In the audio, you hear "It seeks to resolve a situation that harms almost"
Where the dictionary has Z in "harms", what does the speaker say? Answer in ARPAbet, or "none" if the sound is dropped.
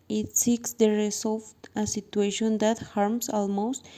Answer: S